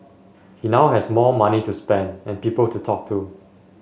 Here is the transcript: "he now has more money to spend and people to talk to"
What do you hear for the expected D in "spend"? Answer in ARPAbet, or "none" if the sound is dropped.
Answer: D